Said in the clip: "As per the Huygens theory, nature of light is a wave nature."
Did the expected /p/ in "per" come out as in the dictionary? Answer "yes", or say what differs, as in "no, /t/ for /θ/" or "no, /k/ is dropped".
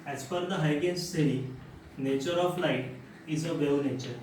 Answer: no, /f/ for /p/